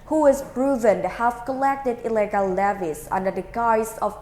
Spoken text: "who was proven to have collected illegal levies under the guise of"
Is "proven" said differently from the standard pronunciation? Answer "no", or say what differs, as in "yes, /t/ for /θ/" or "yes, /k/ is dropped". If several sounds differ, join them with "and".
yes, /b/ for /p/